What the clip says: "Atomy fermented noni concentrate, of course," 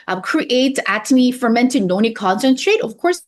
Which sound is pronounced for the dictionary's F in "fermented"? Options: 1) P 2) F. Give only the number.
2